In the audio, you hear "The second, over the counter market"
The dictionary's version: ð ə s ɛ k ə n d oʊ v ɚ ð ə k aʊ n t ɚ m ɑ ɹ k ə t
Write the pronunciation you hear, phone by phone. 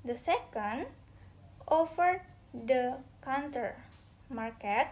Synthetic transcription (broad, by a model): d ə s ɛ k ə n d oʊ f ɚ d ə k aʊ n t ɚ m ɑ ɹ k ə t